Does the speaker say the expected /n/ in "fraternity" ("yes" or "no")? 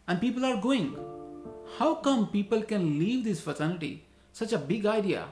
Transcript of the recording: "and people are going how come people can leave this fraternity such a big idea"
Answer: no